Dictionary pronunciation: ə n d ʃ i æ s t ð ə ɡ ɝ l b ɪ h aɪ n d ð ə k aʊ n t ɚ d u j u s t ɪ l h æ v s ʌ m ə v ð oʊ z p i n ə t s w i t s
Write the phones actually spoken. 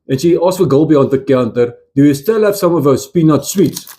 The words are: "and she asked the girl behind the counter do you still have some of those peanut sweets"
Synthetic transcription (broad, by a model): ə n ʃ i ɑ s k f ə ɡ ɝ l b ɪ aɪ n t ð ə k aʊ n t ɚ d u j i s t ɪ l h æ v s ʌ m ə v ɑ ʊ s p i n ə t s w i t s